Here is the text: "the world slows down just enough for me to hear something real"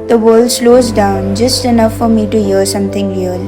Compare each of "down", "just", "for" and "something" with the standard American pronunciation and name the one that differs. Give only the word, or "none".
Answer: something